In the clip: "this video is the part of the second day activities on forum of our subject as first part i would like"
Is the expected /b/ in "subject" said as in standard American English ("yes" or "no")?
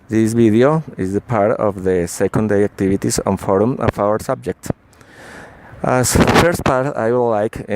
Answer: yes